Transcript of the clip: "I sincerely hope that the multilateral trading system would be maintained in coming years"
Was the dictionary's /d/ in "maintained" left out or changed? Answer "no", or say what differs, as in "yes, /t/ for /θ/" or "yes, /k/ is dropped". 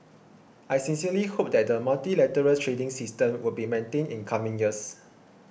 yes, /d/ is dropped